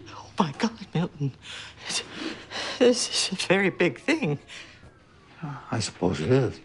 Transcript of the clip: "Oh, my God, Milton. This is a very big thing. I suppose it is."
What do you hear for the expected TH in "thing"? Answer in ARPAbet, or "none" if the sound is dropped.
TH